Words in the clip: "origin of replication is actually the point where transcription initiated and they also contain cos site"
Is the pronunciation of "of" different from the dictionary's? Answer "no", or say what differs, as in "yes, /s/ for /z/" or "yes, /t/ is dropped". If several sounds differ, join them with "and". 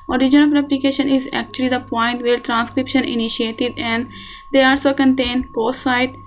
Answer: yes, /p/ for /v/